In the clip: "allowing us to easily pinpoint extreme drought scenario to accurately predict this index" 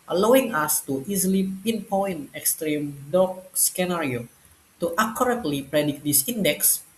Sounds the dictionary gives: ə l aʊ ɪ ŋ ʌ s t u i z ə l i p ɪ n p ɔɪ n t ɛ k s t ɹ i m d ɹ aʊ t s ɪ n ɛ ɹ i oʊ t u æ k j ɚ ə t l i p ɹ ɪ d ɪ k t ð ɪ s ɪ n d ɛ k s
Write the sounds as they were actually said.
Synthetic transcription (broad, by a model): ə l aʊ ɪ ŋ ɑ s t u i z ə l i p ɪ n p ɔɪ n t ɛ k s t ɹ i m d ɔ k s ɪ n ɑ ɹ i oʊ t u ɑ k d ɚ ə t l i p ɹ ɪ d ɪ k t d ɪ s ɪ n d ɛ k s